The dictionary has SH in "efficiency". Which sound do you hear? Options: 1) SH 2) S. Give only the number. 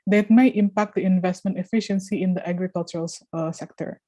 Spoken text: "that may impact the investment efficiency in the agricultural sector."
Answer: 1